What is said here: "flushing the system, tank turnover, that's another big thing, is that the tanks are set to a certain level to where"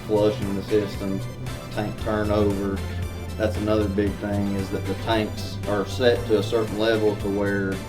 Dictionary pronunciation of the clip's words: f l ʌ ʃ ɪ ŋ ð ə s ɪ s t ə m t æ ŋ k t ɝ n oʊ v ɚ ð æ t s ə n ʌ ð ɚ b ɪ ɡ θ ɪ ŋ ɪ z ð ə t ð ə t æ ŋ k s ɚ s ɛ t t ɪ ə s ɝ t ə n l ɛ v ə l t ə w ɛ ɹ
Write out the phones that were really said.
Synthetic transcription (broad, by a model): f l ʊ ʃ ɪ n ð ə s ɪ s t ə m t æ ŋ k t ɝ n oʊ v ɚ ð æ t s ə n ʌ ð ɚ b ɪ ɡ θ ɪ ŋ ɪ z ð ə t ð ə t æ ŋ k s ɚ s ɛ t t ɪ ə s ɝ t n l ɛ v l t ə w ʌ ɹ